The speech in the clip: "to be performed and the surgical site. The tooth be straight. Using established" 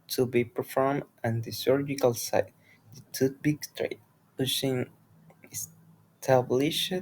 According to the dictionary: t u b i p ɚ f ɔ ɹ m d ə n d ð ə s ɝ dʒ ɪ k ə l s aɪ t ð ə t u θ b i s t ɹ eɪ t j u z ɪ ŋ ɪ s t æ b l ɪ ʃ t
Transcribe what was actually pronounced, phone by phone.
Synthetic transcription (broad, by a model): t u b i p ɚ f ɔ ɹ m ə n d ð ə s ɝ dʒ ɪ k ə l s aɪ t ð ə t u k b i s t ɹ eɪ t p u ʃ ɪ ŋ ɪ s t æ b l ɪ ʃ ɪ